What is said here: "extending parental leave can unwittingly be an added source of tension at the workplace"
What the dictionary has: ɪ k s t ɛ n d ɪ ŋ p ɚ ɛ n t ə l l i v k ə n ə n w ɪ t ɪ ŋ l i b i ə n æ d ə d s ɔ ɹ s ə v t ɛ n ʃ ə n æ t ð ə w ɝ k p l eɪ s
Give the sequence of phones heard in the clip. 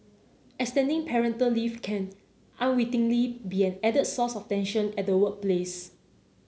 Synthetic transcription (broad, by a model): ɪ k s t ɛ n d ɪ ŋ p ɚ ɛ n t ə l l i f k ə n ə n w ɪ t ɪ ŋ l i b i ə n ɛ d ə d s ɔ s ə f t ɛ n ʃ ə n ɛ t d ə w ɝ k p l eɪ s